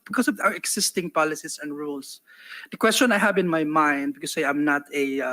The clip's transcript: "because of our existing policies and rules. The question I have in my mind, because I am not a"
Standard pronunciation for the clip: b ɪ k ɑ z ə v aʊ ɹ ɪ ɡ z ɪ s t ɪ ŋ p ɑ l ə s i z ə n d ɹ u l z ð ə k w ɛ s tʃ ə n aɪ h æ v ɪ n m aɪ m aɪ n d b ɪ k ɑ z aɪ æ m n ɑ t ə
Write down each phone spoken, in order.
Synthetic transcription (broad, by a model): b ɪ k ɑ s ə v aʊ ɹ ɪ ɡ s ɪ s t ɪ ŋ p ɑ l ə s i s ə n d ɹ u l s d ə k w ɛ s tʃ ə n aɪ h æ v ɪ n m aɪ m aɪ n d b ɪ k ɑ s aɪ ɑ m n ɑ t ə